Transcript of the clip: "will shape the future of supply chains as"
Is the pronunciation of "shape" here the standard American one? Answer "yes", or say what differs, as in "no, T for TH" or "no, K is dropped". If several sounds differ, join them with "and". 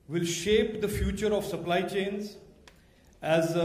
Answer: yes